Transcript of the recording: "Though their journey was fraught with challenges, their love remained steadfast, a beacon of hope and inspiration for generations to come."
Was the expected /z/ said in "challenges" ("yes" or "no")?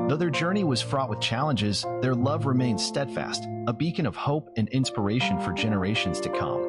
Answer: yes